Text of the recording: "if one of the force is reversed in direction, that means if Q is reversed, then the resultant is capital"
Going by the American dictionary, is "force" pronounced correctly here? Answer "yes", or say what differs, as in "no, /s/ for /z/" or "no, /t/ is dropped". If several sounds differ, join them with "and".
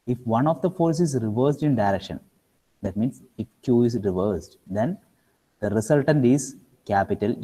yes